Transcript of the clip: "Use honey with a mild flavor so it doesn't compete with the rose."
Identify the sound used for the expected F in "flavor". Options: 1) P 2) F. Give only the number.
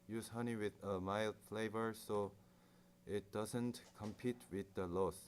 2